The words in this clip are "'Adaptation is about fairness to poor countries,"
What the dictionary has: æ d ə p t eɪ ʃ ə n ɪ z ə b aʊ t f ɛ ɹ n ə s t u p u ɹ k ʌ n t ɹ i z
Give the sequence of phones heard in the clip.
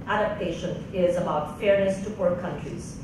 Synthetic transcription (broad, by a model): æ d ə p t eɪ ʃ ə n ɪ z ə b aʊ t f ɛ ɹ n ə s t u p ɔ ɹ k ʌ n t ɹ i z